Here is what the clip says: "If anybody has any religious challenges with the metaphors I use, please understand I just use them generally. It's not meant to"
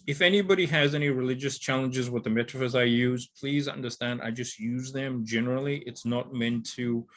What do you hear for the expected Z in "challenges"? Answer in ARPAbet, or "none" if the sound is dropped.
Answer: Z